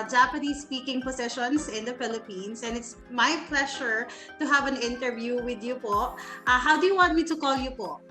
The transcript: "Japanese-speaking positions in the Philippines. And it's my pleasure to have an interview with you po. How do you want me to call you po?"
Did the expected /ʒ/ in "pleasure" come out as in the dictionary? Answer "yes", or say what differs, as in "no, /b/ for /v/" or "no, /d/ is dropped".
no, /ʃ/ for /ʒ/